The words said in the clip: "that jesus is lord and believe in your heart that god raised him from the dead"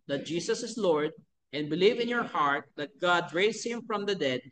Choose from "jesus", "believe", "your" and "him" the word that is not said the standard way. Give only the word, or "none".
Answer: jesus